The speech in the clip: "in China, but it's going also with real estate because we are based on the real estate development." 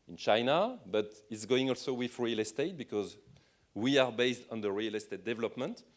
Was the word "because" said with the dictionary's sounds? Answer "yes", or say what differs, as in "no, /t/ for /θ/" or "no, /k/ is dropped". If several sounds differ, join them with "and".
yes